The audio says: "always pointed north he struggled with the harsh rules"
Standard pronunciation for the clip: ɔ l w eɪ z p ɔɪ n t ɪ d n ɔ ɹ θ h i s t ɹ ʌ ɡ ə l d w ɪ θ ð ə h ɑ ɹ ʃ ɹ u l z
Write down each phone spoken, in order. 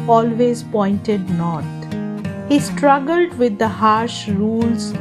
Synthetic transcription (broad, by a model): ɔ l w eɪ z p ɔɪ n t ɪ d n ɔ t h i s t ɹ ʌ ɡ ə l d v ɪ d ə h ɑ ɹ ʃ ɹ u l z